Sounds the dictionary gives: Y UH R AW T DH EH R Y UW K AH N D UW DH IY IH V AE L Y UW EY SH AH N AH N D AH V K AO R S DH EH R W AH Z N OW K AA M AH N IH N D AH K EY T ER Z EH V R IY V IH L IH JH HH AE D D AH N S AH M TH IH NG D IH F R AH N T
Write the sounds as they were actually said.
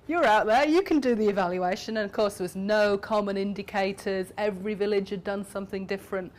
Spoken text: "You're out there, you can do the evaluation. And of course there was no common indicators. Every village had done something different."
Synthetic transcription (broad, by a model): Y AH R AW T DH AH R Y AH K AH N D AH DH IY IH V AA L Y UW EY SH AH N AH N AH V K AO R S DH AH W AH Z N OW K AA M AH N IH N D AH K EY T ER Z EH V R IY V IH L IH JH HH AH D D AH N S AH M TH IH NG D IH F R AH N T